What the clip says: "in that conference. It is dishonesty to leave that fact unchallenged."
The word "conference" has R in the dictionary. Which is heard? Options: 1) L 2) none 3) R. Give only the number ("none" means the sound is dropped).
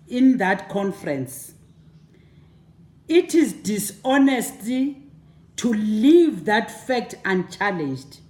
3